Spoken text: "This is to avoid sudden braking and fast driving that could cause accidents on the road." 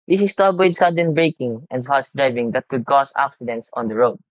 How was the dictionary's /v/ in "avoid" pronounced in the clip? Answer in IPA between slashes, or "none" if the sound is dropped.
/w/